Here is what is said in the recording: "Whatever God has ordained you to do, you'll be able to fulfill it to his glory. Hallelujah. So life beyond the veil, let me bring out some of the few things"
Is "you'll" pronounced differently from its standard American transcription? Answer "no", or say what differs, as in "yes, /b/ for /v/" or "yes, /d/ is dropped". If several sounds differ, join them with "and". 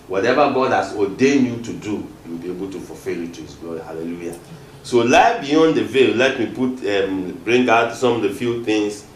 yes, /w/ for /l/